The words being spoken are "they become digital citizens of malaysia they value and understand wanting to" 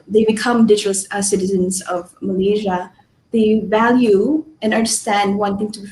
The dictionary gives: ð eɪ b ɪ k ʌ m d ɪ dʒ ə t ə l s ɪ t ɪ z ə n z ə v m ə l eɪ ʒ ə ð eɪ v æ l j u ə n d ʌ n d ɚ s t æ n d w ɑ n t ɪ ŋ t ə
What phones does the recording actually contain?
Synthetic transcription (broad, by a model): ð eɪ b ɪ k ʌ m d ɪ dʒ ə s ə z s ɪ t ɪ z ə n z ə v m ə l eɪ ʒ ə ð eɪ v æ l j u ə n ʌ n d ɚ s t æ n d w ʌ n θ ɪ ŋ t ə